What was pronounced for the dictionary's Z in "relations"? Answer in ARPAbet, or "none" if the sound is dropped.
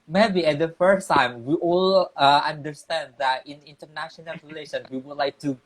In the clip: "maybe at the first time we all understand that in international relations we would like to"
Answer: none